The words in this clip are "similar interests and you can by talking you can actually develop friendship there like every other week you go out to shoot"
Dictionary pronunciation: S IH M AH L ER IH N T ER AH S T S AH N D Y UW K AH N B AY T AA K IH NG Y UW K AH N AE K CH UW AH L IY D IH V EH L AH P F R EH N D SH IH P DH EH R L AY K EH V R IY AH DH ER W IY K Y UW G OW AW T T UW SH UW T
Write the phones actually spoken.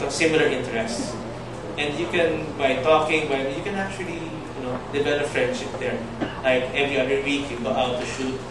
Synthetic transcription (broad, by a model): S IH M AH L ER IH N T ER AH S T S AH N D Y UW K AH N B AY T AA K IH NG Y UW K AH N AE K CH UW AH L IY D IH B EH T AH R F R EH N D SH IH P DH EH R L AY K EH V R IY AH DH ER W IY K Y UW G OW AW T T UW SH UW T